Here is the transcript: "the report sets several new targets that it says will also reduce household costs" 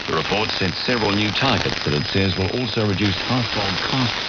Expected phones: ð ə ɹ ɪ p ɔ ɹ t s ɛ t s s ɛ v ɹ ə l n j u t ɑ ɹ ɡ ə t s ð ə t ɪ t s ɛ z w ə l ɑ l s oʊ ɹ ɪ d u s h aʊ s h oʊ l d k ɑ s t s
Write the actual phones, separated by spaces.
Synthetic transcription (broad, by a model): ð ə ɹ ɪ p ɔ ɹ t s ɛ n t s ɛ v ɹ ə l n j u t ɑ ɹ ɡ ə t s ð ə t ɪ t s ɛ z w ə l ɑ l s oʊ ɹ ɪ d u s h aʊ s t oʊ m k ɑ s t